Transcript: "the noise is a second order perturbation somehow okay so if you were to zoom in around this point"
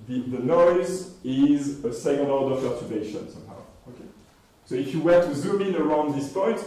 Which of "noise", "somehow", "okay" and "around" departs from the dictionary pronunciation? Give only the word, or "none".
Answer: none